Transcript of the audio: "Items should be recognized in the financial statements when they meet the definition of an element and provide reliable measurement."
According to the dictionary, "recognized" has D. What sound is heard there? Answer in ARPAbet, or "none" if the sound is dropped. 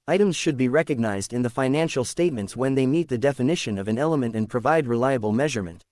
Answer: D